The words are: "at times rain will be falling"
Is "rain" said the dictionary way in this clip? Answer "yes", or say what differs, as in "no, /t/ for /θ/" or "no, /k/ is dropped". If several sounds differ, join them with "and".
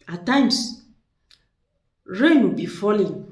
yes